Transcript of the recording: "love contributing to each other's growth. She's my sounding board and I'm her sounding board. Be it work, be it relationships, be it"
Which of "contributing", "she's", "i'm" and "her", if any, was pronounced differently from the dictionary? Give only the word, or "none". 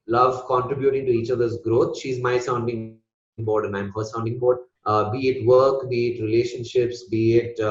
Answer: none